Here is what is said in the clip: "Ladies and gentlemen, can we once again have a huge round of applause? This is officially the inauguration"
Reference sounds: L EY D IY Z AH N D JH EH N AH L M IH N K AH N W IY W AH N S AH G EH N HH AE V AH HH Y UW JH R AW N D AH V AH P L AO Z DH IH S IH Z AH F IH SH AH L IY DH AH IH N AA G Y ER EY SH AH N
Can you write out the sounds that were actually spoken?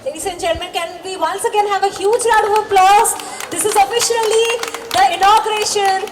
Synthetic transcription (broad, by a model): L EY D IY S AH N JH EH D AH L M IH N K AH N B IY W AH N S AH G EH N HH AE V AH HH Y UW JH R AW D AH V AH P L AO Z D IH S IH Z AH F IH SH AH L IY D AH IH N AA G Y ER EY SH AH N